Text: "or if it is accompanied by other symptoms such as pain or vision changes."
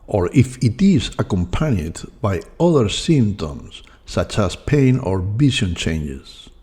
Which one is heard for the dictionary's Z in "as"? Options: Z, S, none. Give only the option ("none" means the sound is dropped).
S